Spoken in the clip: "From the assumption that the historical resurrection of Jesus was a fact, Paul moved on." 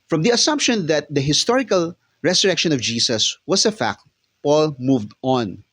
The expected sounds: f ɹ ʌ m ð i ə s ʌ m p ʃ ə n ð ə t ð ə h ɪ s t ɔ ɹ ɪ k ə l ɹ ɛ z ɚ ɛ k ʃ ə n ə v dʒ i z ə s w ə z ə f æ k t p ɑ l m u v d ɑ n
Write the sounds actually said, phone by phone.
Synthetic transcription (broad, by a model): f ɹ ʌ m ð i ə s ʌ m p ʃ ə n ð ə t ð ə h ɪ s t ɔ ɹ ɪ k ə l ɹ ɛ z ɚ ɛ k ʃ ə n ə v dʒ i s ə s w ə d ə f æ k t p ɑ l m u v d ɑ n